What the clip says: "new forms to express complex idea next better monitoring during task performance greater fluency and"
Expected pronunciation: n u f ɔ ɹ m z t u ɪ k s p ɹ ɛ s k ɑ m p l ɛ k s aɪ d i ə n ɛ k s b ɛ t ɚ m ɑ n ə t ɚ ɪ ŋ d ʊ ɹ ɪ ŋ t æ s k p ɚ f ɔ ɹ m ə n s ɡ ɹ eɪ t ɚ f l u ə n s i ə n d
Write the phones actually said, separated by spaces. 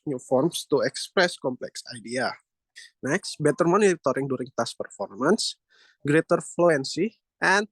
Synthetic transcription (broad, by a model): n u f ɔ ɹ m s t u ɪ k s p ɹ ɛ s k ɑ m p l ɛ k s aɪ d i ə n ɛ k s b ɛ t ɚ m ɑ n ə t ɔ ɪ ŋ d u ɹ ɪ ŋ t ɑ s p ɚ f ɔ ɹ m ə n s ɡ ɹ eɪ t ɚ f l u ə n s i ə n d